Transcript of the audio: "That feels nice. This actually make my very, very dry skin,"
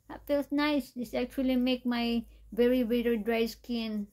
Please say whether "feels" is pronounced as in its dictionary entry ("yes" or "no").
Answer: no